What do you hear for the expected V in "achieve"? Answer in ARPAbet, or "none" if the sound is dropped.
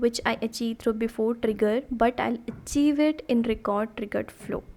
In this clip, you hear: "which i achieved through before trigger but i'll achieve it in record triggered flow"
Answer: V